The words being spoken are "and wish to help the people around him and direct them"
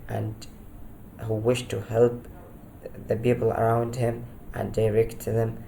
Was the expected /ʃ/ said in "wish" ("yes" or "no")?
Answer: yes